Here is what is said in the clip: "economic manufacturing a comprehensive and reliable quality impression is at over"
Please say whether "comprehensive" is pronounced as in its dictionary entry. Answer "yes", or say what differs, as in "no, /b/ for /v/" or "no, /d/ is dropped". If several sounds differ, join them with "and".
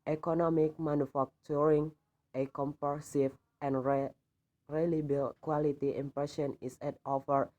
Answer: no, /ɹ/ is dropped